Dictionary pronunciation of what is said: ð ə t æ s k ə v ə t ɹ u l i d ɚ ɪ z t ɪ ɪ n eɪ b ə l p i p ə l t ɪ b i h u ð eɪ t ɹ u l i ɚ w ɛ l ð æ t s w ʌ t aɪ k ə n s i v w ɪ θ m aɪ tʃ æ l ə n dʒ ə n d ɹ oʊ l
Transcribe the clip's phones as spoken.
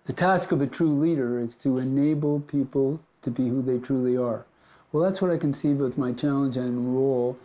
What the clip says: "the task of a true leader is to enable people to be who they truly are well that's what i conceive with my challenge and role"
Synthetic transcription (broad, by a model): ð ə t æ s k ə v ə t ɹ u l i d ɚ ɪ z t ɪ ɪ n eɪ b l p i p l t ɪ b i h u ð eɪ t ɹ u l i ɚ w ɛ l ð æ t s w ʌ t aɪ k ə n s i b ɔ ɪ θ m aɪ tʃ æ l ə n dʒ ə n ɹ oʊ l